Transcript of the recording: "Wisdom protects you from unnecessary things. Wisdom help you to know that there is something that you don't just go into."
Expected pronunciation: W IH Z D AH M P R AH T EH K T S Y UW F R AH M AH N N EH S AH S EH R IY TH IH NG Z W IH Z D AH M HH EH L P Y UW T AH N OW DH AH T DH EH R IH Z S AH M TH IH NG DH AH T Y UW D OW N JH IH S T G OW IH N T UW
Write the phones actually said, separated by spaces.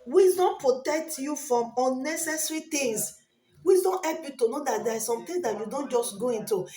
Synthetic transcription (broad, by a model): W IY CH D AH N P R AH T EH K T Y UW F R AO M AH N N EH S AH S R IY T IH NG S W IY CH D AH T HH EH L P Y UW T AH N OW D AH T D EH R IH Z S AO M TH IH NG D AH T Y UW D OW N JH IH S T G OW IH N T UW